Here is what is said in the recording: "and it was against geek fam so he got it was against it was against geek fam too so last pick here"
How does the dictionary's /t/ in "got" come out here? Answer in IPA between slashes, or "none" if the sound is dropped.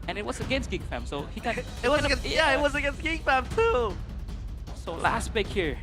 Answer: none